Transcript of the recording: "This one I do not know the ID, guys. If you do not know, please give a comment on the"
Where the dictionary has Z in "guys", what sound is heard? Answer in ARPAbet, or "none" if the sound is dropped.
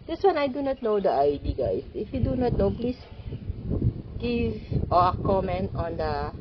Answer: S